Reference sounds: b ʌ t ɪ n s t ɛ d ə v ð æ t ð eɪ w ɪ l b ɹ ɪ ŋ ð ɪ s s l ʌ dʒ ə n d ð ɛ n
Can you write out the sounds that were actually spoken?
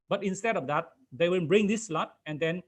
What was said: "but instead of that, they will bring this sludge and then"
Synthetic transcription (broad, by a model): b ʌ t ɪ n s t ɛ d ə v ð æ t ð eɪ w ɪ n b ɹ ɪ ŋ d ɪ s s l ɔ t ə n d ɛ n